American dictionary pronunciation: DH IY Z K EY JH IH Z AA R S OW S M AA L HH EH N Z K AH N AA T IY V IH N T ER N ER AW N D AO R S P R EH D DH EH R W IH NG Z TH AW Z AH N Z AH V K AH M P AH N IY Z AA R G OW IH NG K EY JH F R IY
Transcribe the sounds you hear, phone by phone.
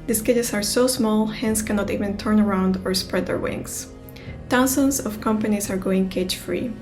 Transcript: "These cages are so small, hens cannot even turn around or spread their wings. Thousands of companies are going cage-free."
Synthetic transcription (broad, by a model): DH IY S K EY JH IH S AA R S OW S M AA L HH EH N S K AH N AA T IY V IH N T ER N ER AW N D AO R S P R EH D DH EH R W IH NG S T AW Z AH N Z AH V K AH M P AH N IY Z AA R G OW IH NG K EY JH F R IY